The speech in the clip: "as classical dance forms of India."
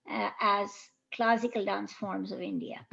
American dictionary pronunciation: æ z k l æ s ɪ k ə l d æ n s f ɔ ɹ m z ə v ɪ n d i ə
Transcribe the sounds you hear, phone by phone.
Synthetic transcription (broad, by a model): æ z k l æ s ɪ k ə l d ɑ n s f ɔ ɹ m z ə v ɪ n d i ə